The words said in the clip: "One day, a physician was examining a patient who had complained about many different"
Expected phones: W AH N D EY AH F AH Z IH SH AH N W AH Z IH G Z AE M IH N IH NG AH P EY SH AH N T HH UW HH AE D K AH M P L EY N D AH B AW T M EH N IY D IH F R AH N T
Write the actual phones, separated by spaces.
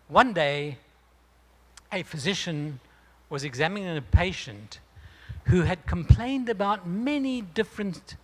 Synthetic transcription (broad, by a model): W AH N D EY AH F AH Z IH SH AH N W AH Z IH G Z AE M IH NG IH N AH P EY SH AH N T HH UW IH D K AH M P L EY N D AH B AW T M EH N IY D IH F R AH N